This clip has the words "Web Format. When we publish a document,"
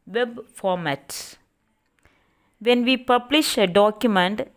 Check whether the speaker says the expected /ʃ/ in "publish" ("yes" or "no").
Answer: yes